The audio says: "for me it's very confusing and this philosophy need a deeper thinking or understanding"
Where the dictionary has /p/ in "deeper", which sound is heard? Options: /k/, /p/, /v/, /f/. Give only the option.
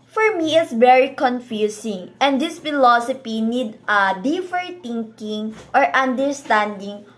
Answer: /f/